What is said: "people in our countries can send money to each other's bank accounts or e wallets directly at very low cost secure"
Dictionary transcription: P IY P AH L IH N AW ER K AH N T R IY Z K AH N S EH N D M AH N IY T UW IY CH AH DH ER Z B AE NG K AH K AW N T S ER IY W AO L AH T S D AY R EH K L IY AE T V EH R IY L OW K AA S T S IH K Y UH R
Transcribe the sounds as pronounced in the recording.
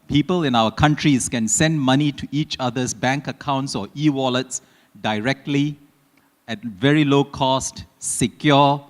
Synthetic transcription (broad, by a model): P IY P AH L IH N AW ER K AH N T R IY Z K AH N S EH N D M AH N IY T UW IY CH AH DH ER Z B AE NG K AH K AW N T S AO IY W AO L AH T S D AY R EH K L IY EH T V EH R IY L OW K AA S T S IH K Y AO